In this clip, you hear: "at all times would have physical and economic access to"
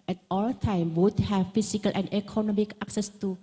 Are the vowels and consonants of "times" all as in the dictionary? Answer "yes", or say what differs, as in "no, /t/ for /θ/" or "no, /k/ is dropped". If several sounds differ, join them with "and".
no, /z/ is dropped